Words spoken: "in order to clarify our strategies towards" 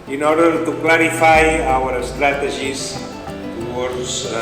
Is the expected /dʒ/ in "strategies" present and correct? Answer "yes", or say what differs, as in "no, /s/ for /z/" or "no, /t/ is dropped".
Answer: no, /ʒ/ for /dʒ/